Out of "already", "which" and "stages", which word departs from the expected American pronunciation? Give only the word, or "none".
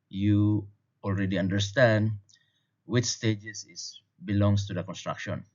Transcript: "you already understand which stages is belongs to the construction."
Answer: stages